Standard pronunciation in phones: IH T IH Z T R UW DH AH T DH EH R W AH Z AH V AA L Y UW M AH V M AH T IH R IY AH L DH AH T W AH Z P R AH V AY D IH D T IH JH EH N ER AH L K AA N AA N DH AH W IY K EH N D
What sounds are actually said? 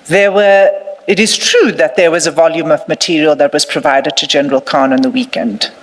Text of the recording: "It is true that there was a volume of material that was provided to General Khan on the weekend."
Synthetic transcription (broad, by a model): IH T IH Z T R UW DH AH T DH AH R W AH Z AH V AA L Y UW M AH V M AH T IH R IY AH L DH AH T W AH Z P R AH V AY D IH D T IH JH EH N ER AH L K AA N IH N DH AH W IY K EH N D